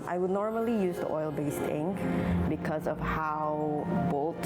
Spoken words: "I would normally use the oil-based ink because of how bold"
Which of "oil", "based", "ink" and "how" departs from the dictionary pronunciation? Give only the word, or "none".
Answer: none